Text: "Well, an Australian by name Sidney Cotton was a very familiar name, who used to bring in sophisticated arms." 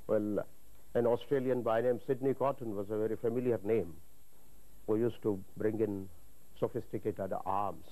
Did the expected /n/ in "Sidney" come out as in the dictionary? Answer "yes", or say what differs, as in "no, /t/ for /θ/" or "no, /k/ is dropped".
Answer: yes